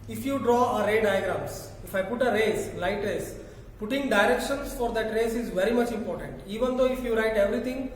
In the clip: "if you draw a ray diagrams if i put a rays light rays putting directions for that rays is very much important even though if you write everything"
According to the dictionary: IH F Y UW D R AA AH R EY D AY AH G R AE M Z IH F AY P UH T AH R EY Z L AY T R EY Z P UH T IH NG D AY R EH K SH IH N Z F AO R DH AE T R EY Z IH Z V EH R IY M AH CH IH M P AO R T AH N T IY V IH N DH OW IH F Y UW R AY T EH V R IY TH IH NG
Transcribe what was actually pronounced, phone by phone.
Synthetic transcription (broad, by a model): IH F Y UW D R AA AH R EY D AY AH G R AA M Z IH F AY P UH T AH R EY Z L AY T R EY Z P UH T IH NG D AY R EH K SH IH N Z F AO R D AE T R EY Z IH Z V EH R IY M AH CH IH M P AO R T AH N T IY V IH N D OW IH F Y UW R AY T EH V R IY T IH NG